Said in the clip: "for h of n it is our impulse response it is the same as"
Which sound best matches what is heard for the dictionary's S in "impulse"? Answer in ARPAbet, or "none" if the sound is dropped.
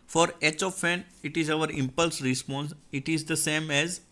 S